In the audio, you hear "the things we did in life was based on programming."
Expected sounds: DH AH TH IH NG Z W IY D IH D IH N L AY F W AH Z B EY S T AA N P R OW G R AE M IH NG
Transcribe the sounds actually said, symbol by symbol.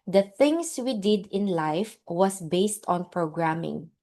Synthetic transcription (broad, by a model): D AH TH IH NG S W IY D IH D IH N L AY F W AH S B EY S T AA N P R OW G R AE M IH NG